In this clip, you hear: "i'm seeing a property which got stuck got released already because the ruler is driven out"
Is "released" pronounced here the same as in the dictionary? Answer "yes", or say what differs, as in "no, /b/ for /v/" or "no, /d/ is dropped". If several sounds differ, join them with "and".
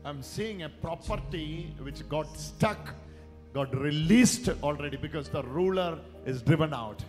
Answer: yes